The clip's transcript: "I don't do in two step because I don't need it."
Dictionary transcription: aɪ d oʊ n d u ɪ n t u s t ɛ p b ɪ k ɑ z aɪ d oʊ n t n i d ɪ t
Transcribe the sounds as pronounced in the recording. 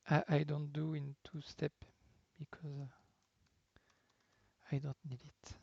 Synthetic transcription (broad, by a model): aɪ d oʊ n d u ɪ n t u s t ɛ p b ɪ k ɑ z aɪ d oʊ n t n i d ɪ t